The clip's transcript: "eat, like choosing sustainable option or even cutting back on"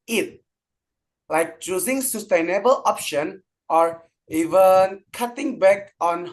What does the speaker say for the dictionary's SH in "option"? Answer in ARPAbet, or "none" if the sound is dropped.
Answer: SH